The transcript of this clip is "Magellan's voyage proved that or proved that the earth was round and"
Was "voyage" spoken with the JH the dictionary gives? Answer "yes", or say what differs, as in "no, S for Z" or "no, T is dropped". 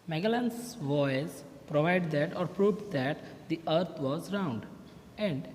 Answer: no, Z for JH